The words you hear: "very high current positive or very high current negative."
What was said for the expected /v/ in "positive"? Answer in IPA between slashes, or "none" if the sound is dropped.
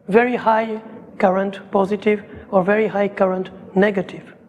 /v/